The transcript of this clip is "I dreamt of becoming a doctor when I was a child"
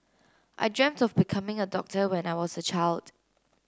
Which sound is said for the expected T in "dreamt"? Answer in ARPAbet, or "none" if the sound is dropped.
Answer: T